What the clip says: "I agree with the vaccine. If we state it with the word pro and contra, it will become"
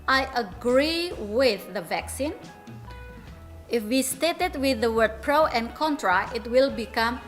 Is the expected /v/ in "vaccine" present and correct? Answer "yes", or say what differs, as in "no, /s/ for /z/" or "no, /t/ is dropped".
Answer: yes